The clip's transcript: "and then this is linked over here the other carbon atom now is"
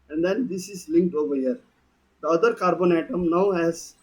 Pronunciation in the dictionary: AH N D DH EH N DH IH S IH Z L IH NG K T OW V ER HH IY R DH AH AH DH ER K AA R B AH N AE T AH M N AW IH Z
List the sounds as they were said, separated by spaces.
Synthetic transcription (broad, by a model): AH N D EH N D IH S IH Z L IH NG K T OW V ER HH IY R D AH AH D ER K AA R B AH N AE T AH M N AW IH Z